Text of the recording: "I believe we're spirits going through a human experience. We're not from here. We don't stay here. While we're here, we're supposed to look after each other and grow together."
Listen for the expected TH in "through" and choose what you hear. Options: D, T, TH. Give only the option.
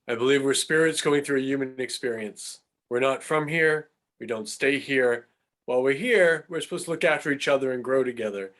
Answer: TH